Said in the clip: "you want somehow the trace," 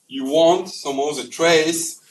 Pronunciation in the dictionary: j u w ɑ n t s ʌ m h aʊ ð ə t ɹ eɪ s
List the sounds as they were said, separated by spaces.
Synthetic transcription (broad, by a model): j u w ɑ n t s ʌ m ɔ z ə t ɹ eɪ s